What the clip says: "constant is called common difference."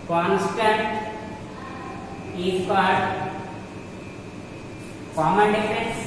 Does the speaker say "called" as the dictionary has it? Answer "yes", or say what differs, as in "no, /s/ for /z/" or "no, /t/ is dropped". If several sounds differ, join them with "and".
no, /l/ is dropped